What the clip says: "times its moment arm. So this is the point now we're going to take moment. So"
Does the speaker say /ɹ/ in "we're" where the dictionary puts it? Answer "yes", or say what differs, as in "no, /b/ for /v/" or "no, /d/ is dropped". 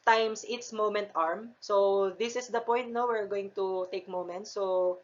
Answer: yes